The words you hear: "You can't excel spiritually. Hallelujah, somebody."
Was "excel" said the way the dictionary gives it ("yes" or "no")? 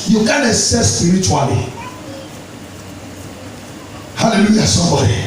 no